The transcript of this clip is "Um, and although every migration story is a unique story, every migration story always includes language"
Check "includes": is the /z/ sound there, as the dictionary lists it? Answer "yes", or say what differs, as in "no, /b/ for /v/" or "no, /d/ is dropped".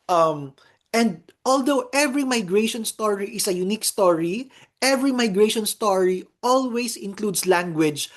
no, /s/ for /z/